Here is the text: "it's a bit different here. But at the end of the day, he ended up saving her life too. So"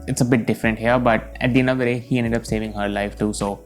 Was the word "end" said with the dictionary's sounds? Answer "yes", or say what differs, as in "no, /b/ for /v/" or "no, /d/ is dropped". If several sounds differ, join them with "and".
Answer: no, /d/ is dropped